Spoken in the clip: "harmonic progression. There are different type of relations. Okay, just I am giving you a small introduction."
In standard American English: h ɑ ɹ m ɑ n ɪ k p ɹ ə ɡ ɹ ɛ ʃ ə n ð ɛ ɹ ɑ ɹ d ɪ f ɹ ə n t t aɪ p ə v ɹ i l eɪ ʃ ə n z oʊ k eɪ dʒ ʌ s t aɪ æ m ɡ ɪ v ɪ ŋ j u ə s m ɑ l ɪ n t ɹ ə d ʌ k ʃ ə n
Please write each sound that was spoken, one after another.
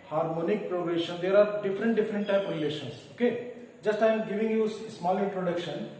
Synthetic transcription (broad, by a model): h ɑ ɹ m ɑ n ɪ k p ɹ ə ɡ ɹ ɛ ʃ ə n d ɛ ɹ ɑ ɹ d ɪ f ɹ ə n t t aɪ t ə p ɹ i l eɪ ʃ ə n s oʊ k eɪ dʒ ʌ s t aɪ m ɡ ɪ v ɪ ŋ j u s s m ɑ l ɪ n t ɹ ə d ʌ k ʃ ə n